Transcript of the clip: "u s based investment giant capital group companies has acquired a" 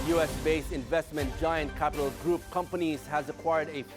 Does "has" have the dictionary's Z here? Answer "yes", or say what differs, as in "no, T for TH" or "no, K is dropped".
yes